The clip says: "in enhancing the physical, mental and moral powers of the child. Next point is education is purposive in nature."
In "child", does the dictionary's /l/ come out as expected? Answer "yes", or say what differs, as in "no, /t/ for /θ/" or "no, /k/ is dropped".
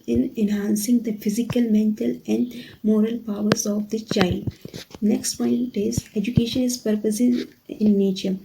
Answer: no, /l/ is dropped